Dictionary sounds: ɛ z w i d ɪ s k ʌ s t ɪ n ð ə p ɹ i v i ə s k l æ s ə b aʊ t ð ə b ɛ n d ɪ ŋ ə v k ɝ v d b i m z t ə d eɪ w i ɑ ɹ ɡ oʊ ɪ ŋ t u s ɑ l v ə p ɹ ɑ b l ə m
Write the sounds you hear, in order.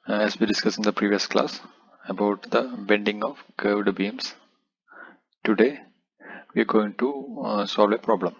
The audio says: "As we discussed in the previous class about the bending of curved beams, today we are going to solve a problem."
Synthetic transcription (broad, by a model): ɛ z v i d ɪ s k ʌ s ɪ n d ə p ɹ i v i ə s k l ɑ s ə b aʊ t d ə b ɛ n d ɪ ŋ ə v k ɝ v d b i m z t ə d eɪ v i ɑ ɹ ɡ oʊ ɪ ŋ t u s ɑ l v ə p ɹ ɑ b l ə m